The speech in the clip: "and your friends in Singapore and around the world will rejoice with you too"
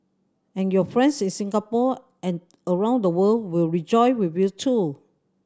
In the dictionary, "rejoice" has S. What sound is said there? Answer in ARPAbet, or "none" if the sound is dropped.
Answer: none